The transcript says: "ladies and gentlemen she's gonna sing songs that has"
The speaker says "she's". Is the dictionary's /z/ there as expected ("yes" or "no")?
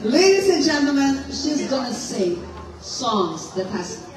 yes